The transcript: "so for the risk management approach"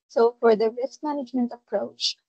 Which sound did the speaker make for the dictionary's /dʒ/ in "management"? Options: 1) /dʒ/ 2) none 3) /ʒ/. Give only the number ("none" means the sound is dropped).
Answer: 1